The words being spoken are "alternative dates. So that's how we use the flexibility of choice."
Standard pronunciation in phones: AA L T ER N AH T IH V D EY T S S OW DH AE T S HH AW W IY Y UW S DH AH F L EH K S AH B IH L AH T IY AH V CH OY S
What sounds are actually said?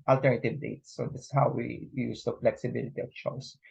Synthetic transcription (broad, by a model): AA L T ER N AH T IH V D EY T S S OW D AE S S HH AW W IY Y UW S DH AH F L EH K S AH B IH L AH T IY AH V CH OY S